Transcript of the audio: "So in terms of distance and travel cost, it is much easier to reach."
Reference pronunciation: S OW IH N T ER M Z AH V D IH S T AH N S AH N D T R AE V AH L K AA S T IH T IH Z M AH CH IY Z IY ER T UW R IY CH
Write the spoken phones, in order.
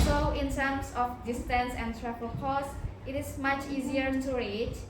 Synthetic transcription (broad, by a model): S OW IH N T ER M S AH F D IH S T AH N S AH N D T R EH P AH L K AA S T IH T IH S M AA CH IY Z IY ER T UW R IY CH